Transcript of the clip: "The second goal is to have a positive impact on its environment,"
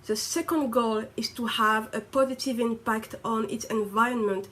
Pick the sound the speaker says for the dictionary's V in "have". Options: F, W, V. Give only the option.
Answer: V